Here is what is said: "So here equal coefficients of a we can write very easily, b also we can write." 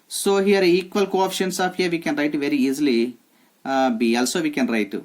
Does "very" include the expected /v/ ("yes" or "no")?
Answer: yes